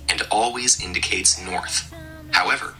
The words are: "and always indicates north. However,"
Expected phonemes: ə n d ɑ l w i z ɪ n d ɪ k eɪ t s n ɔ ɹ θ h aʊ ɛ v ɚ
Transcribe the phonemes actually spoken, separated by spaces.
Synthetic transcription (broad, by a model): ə n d ɑ l w i z ɪ n d ɪ k eɪ t s n ɔ ɹ θ h aʊ ɛ v ɚ